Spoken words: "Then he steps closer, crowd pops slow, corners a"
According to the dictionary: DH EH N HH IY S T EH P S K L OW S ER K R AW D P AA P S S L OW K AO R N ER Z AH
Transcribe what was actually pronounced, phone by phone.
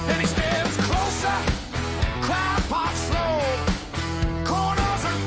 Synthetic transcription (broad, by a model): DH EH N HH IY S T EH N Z K L OW S ER K L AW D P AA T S S L OW K AO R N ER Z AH